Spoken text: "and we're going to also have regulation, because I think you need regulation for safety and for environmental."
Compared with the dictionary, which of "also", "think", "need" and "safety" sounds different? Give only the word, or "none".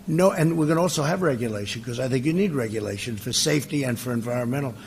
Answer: none